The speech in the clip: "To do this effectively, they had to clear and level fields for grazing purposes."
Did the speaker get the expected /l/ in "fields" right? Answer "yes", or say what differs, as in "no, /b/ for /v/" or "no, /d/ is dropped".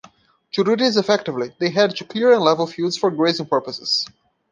no, /l/ is dropped